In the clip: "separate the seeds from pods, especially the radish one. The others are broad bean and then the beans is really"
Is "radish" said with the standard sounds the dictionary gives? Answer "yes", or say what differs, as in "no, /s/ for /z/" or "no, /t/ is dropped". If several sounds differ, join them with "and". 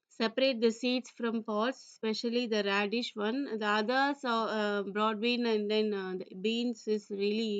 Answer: yes